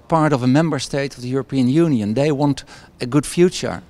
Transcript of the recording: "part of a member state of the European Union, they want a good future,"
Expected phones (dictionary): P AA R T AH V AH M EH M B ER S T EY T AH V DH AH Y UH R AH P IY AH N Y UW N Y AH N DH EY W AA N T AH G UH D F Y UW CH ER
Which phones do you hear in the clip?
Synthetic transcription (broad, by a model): P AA R T AH V AH M EH M B ER S T EY T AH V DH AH Y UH R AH P IY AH N Y UW N Y AH N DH EY W AA N T AH G UH D F Y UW CH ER